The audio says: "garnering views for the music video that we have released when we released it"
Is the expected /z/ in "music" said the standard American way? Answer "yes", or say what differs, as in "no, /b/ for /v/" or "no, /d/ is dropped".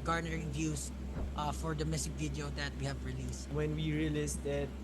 no, /s/ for /z/